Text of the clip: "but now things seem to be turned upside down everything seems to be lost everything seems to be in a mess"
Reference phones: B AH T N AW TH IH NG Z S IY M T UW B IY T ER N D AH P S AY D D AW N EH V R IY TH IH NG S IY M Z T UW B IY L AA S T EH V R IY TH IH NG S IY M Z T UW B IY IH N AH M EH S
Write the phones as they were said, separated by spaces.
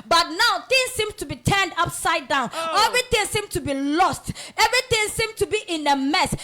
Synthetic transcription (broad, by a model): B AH T N AW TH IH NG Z S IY M T UW B IY T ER N D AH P S AY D D AW N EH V R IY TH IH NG S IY M T UW B IY L AA S T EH V R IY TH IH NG S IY M T UW B IY IH N AH M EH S